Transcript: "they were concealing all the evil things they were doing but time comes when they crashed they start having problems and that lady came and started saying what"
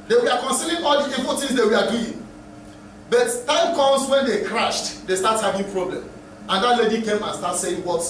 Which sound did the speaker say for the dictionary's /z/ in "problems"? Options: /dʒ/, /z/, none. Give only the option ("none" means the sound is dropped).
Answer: none